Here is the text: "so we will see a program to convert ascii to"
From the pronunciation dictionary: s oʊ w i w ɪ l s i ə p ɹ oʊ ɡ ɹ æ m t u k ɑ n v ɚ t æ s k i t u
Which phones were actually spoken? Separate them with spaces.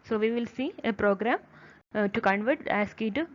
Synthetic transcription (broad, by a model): s oʊ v i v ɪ l s i ə p ɹ oʊ ɡ ɹ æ m t u k ɑ n v ɚ t æ s k i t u